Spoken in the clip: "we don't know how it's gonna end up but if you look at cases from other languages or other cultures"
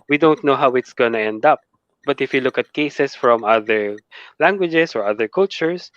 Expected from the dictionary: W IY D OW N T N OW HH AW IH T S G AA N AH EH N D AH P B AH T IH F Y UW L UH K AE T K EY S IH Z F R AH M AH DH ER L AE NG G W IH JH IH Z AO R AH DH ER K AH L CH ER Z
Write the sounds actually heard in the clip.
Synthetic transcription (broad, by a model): W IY D OW N T N OW HH AW IH T S G AA N AH EH N D AH P B AH T IH F Y UW L UH K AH T K EY S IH S F R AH M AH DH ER L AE NG G W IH JH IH S AO R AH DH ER K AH L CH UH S